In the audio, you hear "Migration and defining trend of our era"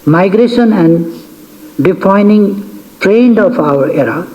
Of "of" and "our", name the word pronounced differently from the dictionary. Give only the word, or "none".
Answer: of